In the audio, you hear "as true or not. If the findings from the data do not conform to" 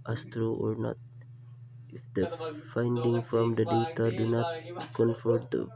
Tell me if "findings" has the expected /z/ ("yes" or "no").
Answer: no